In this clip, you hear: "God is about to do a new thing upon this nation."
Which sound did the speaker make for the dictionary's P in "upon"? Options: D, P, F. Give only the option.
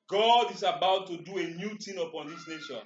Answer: P